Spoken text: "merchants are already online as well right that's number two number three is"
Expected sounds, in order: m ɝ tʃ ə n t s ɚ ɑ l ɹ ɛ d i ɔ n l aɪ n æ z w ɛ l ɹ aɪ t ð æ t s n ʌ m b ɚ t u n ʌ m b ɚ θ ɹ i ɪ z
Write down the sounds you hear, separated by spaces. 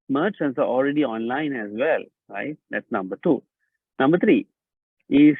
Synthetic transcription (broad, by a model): m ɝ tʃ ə n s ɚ ɑ l ɹ ɛ d i ɔ n l aɪ n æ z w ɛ l ɹ aɪ t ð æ t s n ʌ m b ɚ t u n ʌ m b ɚ t ɹ i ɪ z